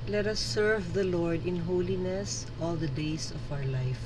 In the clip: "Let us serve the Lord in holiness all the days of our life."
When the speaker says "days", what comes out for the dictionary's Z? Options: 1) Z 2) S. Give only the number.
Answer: 2